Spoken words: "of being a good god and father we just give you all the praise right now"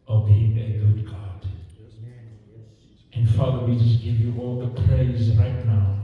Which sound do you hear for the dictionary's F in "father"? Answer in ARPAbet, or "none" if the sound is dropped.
F